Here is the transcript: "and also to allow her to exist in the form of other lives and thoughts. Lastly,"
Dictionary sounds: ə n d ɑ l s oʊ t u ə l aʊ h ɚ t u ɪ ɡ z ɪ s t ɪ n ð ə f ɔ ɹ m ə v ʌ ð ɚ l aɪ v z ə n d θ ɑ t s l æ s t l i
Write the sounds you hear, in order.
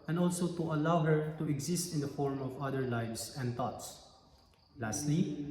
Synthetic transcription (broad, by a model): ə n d ɑ l s oʊ t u ə l aʊ h ɚ t u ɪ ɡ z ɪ s t ɪ n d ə f ɔ ɹ m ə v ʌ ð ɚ l aɪ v s ə n d t ɑ t s l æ s t l i